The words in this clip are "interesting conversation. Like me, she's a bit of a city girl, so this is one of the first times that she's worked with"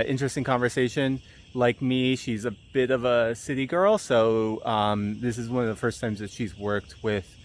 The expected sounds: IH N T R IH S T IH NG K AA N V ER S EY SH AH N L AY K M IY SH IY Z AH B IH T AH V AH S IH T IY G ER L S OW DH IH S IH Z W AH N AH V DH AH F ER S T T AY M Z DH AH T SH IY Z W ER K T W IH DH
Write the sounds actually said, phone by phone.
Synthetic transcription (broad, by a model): IH N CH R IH S T IH NG K AA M V ER S EY SH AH N L AY K M IY SH IY Z AH B IH T AH V AH S IH T IY G ER L S OW DH IH S IH Z W AH N AH V DH AH F ER S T T AY M Z DH AH T SH IY Z W ER K T W IH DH